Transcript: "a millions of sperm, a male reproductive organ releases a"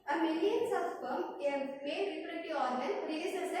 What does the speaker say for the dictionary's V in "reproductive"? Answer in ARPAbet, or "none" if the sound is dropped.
none